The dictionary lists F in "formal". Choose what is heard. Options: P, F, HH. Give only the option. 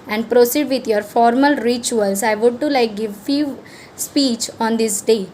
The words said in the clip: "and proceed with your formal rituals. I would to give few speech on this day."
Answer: F